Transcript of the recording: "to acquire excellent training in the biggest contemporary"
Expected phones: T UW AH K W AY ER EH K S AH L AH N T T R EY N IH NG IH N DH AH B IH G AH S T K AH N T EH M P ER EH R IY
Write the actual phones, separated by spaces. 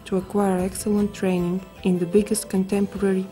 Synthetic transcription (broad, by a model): T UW AH K W AY ER EH K S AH L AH N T T R EY N IH NG IH N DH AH B IH G AH S T K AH N T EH M P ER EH R IY